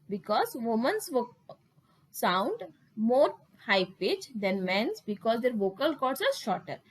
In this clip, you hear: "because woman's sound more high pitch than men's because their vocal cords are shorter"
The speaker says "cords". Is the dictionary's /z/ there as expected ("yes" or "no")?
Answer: no